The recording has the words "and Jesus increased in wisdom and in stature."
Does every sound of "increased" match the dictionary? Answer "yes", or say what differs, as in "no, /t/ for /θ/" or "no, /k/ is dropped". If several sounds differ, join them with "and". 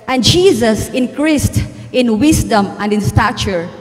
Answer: yes